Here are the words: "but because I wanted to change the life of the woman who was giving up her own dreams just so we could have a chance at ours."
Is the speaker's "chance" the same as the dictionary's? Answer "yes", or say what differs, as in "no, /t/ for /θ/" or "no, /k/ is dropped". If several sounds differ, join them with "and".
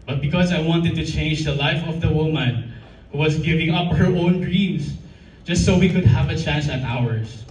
yes